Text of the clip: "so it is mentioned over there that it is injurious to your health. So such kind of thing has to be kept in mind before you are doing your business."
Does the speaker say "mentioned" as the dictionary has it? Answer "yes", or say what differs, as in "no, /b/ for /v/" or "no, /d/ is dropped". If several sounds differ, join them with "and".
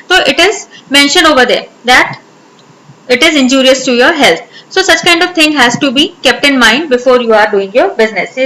no, /d/ is dropped